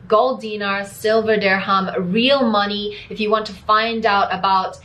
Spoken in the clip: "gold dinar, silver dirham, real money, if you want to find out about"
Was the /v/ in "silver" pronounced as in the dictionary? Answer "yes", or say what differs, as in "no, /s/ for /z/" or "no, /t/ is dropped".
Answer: yes